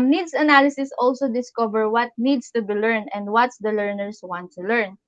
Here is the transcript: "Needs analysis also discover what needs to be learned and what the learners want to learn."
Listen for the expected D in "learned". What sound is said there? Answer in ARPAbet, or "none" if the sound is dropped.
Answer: none